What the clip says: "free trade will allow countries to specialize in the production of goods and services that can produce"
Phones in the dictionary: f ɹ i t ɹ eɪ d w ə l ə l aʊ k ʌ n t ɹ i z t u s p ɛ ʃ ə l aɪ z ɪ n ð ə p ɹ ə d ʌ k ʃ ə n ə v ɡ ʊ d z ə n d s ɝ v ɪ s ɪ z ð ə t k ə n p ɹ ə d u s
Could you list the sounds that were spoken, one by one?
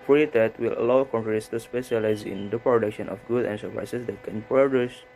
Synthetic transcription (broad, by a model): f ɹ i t eɪ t w ə l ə l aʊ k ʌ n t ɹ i s t u s p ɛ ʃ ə l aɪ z ɪ n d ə p ɹ ə d ʌ k ʃ ə n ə f ɡ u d ə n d s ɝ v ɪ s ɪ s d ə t k ə n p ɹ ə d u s